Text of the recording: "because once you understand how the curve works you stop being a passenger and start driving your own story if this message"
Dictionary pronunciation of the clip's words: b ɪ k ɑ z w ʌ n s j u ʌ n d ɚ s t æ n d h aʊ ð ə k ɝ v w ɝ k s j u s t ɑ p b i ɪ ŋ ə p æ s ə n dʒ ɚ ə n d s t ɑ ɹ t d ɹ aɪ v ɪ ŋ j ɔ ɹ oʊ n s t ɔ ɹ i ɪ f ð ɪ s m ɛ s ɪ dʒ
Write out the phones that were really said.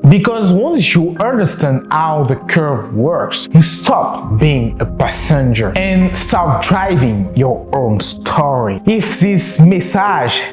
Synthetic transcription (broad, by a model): b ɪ k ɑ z w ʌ n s j u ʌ n d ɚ s t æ n d h aʊ ð ə k ɝ v w ɝ k s j u s t ɑ p b i ɪ ŋ ə p æ s ə n dʒ ɚ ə n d s t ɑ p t d ɹ aɪ v ɪ ŋ j ɔ ɹ oʊ n s t ɔ ɹ i ɪ f ð ɪ s m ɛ s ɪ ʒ